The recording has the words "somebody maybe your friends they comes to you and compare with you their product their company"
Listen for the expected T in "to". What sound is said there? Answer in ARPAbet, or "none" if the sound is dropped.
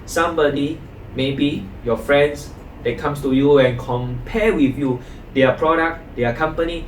T